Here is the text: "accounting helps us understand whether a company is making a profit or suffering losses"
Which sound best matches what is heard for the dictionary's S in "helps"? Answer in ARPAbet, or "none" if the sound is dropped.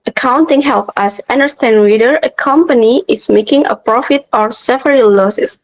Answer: none